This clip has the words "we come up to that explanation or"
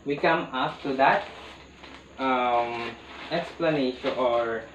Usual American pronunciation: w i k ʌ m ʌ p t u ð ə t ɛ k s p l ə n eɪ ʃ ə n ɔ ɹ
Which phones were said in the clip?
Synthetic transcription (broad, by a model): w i k ʌ m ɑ f t u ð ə t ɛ k s p l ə n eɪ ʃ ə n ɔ ɹ